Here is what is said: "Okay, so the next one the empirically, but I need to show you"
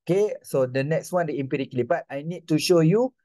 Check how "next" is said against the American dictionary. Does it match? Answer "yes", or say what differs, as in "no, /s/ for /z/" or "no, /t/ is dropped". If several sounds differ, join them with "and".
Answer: yes